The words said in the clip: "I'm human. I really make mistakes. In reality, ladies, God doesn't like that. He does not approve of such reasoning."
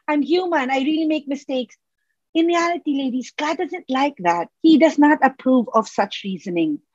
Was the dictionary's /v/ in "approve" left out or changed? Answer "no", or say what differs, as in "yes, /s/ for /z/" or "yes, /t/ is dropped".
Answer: no